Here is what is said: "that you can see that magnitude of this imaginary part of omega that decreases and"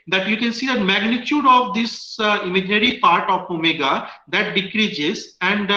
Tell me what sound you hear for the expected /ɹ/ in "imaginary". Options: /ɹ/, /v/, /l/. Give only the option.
/l/